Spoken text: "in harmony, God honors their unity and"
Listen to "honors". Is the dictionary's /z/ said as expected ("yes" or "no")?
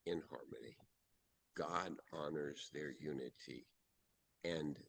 yes